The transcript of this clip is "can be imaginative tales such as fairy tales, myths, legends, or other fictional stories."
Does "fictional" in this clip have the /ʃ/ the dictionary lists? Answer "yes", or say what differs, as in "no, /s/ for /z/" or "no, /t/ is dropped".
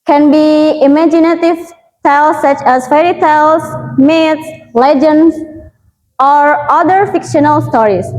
yes